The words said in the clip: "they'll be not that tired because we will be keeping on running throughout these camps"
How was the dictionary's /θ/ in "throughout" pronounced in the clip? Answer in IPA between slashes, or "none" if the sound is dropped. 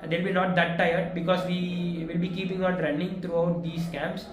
/t/